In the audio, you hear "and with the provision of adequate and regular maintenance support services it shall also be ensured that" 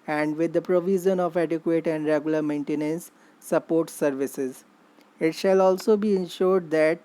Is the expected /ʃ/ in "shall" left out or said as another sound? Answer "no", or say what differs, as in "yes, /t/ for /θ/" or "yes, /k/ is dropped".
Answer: no